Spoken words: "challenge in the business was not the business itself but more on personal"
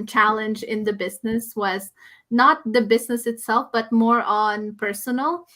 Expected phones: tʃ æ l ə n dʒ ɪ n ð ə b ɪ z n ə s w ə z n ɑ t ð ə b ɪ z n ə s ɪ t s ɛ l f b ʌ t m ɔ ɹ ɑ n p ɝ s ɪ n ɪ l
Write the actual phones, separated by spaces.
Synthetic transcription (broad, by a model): tʃ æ l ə n dʒ ɪ n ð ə b ɪ z n ə s w ə z n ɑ t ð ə b ɪ z n ə s ɪ t s ɛ l f b ʌ t m ɔ ɹ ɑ n p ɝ s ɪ n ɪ l